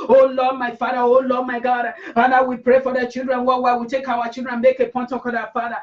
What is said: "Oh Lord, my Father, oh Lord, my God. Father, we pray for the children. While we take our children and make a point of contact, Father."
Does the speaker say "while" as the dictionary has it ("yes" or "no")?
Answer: no